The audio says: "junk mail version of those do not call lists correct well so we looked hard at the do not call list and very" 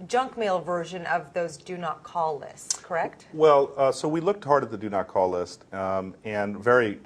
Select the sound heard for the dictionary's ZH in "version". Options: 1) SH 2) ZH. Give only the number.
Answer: 2